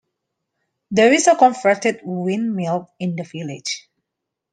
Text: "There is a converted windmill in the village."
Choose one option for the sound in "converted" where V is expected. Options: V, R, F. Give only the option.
F